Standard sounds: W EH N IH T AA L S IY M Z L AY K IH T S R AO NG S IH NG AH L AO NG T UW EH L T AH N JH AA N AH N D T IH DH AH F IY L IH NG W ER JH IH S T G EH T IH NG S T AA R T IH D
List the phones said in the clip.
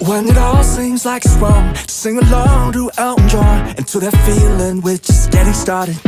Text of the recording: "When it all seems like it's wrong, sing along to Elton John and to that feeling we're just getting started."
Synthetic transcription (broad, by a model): W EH N IH T AA L S IY M Z L AY K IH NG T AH S IH NG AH L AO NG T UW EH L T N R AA AH N T IH DH AH F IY L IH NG W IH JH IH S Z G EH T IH S T AA R T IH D